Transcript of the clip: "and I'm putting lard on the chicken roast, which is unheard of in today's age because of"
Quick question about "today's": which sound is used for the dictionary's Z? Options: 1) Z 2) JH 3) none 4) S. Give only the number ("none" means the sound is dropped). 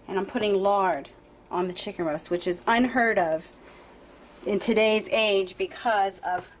1